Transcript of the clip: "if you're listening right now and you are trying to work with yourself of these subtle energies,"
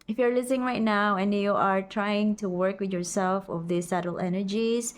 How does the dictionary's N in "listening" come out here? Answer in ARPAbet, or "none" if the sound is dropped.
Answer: none